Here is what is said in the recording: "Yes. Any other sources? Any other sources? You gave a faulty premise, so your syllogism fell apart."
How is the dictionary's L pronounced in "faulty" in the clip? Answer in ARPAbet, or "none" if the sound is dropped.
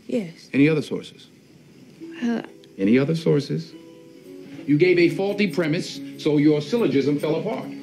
L